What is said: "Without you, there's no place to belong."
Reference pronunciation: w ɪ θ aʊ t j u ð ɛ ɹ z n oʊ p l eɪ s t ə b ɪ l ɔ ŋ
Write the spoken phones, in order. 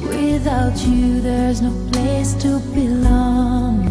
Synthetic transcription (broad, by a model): w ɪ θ aʊ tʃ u ð ɛ ɹ z n oʊ p l eɪ s t ə b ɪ l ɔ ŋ